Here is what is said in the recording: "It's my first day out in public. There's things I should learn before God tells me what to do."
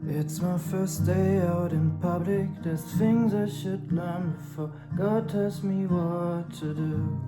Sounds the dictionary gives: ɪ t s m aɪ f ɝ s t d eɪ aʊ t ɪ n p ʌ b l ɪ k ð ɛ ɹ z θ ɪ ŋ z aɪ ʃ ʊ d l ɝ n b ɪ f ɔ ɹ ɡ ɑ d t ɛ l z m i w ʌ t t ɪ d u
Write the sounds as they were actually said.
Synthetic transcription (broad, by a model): ɪ t s m aɪ f ɝ s d eɪ aʊ t ɪ n p ʌ b l ɪ k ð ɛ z θ ɪ ŋ z aɪ ʃ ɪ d l ɝ n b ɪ f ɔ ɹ ɡ ɑ d t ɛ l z m i w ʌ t t ɪ d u